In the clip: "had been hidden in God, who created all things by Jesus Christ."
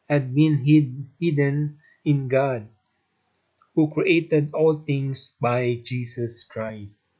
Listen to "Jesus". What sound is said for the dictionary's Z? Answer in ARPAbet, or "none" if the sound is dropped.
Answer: S